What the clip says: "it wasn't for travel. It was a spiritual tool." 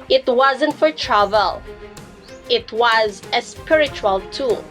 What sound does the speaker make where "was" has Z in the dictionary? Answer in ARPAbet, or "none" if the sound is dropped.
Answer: Z